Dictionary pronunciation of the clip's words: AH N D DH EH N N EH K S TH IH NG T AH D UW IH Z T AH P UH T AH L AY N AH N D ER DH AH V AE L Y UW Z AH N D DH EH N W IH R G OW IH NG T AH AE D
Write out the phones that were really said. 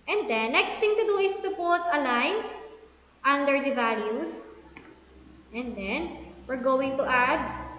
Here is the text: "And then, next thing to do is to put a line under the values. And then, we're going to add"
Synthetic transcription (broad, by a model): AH N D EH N N EH K S T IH NG T AH D UW IH S T AH P UH T AH L AY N AH N D ER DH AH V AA L Y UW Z AH N D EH N W IH R G OW IH NG T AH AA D